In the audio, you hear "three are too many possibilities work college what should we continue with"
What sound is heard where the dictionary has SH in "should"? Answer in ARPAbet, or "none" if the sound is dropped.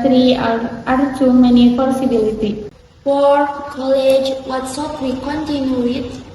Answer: S